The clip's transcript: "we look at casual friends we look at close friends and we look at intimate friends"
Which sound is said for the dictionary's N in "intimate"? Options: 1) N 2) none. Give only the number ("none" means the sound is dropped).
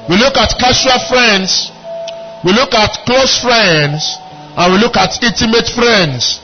2